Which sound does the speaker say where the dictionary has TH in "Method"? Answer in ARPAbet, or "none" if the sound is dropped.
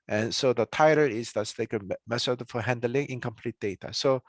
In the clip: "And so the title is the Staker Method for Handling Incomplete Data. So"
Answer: S